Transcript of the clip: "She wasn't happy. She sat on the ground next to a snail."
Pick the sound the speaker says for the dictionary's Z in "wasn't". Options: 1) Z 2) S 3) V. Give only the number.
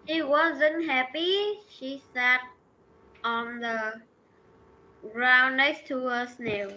1